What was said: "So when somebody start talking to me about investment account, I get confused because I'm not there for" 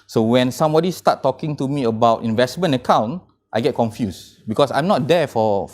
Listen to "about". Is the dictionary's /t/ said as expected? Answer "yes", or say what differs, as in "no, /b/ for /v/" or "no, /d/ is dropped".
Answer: yes